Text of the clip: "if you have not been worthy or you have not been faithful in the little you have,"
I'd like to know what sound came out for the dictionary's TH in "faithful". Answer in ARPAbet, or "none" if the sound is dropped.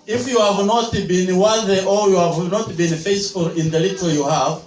S